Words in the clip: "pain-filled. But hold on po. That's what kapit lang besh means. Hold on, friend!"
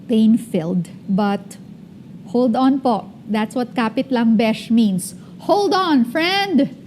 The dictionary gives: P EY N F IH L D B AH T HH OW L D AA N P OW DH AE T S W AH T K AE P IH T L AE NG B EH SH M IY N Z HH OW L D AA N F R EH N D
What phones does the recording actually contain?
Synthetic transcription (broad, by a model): P EY N F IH L D B AH T HH OW L D AA N P OW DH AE T S W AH T K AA P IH T L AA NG B EH SH M IY N S HH OW L D AA N F R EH N D